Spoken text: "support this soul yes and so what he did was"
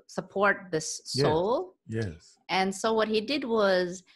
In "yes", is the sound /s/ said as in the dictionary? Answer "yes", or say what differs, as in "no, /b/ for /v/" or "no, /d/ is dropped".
no, /s/ is dropped